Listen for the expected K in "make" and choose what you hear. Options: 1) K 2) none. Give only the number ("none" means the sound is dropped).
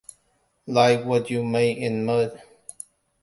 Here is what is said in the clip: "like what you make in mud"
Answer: 2